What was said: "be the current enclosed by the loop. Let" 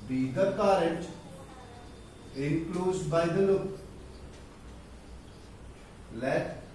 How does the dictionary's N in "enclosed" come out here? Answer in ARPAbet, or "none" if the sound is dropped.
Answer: none